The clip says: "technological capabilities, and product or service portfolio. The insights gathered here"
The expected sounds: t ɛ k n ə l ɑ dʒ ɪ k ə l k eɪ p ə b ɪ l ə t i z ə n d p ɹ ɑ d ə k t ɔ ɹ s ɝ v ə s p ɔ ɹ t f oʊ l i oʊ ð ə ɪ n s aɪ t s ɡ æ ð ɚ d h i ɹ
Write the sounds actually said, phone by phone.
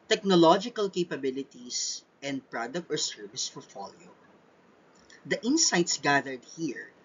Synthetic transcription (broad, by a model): t ɛ k n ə l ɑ dʒ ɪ k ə l k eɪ p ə b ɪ l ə t i s ə n d p ɹ ɑ d ə k t ɔ ɹ s ɝ v ə s f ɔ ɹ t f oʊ l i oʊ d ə ɪ n s aɪ t s ɡ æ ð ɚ d h i ɹ